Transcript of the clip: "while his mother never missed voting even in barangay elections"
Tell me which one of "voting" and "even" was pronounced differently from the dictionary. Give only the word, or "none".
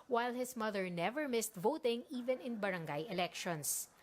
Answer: none